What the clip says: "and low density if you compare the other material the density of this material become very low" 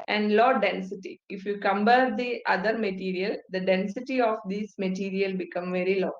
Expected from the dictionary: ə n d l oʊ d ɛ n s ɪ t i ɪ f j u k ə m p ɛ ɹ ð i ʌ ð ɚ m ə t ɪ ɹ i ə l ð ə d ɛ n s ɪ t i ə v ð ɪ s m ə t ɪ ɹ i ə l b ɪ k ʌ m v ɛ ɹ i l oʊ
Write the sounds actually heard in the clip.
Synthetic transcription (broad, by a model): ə n d l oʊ d ɛ n s ɪ t i ɪ f j u k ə m b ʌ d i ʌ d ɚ m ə t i ɹ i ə l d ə d ɛ n s ɪ t i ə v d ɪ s m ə t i ɹ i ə l b ɪ k ʌ m v ɛ ɹ i l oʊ